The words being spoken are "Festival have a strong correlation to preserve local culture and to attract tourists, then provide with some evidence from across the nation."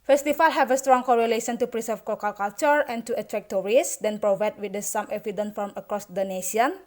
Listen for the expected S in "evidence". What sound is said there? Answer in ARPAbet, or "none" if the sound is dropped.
none